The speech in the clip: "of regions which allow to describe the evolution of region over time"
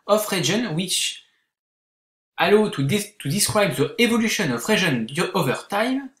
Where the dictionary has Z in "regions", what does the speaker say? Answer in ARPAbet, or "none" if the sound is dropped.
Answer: none